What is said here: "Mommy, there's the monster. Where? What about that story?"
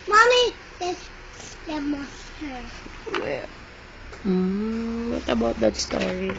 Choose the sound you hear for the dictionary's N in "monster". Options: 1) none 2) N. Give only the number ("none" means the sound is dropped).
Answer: 1